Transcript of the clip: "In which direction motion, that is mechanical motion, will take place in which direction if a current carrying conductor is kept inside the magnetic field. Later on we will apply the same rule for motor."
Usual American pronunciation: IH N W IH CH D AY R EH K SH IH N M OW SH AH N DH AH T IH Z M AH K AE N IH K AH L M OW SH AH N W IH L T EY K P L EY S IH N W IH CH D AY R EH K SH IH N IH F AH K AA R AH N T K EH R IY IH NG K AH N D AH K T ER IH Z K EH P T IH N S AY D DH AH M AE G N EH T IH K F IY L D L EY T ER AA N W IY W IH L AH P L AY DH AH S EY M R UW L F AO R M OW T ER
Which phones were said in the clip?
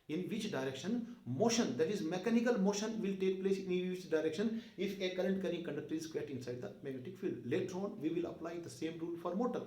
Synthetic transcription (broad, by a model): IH N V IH CH D AY R EH K SH IH N M OW SH AH N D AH T IH Z M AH K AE N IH K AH L M OW SH AH N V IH L T EY K P L EY S IH N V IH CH D AY R EH K SH IH N IH F AH K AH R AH N T K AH R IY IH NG K AH N D AH K T ER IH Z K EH T IH N S AY D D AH M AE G EH T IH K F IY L L EY T ER AA N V IY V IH L AH P L AY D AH S EY M R UW L F AO R M OW T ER